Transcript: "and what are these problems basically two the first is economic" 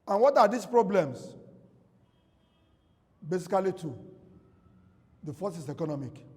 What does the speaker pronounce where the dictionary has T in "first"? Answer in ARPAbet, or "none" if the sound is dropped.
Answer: none